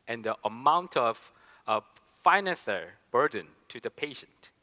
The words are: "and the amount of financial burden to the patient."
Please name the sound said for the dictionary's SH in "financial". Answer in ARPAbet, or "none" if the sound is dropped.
S